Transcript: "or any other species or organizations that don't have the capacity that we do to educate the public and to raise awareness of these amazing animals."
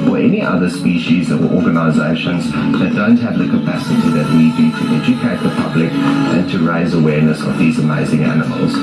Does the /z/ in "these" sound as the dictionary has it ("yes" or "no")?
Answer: yes